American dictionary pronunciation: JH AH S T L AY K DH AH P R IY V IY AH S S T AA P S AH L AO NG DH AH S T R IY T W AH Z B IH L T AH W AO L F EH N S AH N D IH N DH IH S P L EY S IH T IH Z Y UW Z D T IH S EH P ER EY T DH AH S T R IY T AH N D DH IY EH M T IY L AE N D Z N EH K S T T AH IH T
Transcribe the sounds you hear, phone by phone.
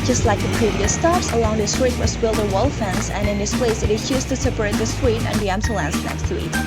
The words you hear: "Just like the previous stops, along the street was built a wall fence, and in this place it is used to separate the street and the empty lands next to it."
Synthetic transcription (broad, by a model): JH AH S T L AY K DH AH P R IY V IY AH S S T AA P S AH L AO NG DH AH S T R IY T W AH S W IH L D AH W AO L F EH N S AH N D IH N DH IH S P L EY S IH T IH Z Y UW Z T IH S EH P ER EY T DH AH S T R IY T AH N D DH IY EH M S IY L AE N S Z N EH K S T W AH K